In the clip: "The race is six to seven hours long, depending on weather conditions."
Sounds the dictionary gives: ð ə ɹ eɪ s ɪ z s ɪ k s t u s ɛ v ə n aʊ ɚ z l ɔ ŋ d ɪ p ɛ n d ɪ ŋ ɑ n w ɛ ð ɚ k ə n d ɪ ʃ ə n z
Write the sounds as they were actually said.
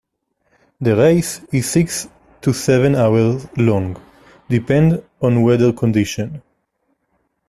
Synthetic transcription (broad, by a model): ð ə ɹ eɪ s ɪ z s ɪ k s t u s ɛ v ə n aʊ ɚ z l ɔ ŋ d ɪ p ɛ n d ɑ n w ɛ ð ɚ k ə n d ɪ ʃ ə n